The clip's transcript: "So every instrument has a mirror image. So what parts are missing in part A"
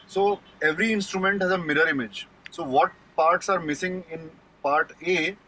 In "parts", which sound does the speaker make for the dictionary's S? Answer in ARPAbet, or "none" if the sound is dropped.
S